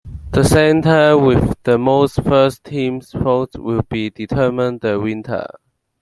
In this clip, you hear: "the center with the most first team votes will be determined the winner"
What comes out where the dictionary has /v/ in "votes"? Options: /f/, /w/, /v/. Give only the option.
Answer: /f/